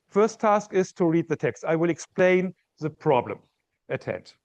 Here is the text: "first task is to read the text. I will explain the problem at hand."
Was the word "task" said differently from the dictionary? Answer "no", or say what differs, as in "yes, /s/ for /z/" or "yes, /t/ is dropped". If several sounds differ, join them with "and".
no